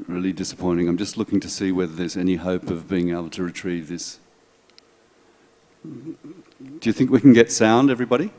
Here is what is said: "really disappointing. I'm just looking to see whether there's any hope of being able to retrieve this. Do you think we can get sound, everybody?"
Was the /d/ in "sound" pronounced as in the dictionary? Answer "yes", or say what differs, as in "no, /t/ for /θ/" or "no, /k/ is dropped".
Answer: yes